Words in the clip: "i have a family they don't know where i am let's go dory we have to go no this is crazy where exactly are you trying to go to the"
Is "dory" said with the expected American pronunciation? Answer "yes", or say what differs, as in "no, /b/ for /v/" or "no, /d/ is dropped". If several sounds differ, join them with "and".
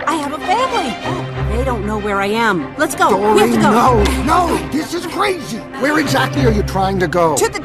no, /ɹ/ is dropped